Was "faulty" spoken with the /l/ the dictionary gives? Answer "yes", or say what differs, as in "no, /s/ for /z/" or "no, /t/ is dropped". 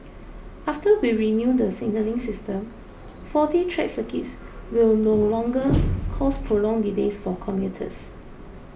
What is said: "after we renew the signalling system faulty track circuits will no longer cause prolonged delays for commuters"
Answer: no, /l/ is dropped